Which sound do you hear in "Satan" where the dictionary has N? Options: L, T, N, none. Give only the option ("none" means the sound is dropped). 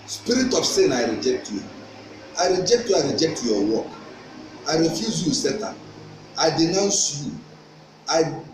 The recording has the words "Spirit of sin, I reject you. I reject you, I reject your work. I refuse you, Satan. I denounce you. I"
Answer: none